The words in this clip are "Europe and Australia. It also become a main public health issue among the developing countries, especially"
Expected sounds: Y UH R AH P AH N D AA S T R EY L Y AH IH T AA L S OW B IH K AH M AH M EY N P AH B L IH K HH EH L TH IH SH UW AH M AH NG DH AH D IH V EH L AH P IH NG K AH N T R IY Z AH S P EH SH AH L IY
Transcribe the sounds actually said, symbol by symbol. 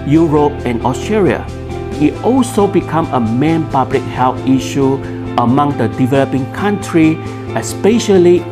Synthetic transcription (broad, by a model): Y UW R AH P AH N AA S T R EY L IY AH IH T AA L S OW B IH K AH M AH M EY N P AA B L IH K HH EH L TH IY SH UW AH M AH NG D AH D IH V EH L AH P IH NG K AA N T R IY AH S P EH SH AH L IY